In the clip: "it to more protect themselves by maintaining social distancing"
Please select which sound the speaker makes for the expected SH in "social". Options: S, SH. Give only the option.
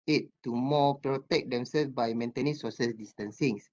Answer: S